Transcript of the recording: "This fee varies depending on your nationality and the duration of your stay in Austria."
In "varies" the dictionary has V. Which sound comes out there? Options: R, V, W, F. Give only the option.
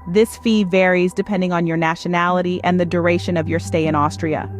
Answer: V